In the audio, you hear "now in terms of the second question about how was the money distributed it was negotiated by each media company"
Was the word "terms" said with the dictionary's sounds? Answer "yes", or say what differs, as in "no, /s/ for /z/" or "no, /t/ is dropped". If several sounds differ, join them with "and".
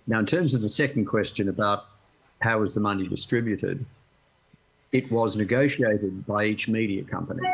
yes